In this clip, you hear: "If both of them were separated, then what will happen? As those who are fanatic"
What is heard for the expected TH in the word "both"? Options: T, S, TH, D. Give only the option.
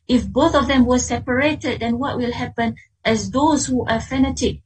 TH